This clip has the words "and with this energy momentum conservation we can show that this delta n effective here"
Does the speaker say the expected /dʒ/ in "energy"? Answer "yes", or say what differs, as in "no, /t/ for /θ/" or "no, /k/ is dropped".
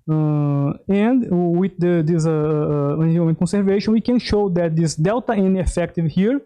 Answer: no, /dʒ/ is dropped